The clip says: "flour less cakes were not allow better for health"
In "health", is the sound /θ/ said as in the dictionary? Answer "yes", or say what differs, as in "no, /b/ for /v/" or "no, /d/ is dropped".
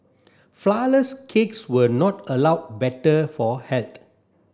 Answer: no, /t/ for /θ/